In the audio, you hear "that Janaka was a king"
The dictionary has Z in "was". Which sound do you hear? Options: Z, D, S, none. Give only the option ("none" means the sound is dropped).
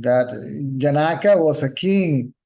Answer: S